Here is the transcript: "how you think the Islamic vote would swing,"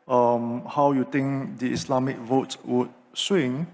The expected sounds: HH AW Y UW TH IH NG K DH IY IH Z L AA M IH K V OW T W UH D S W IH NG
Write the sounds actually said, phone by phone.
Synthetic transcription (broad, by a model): HH AW Y UW T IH NG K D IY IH S L AA M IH K V OW T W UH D S W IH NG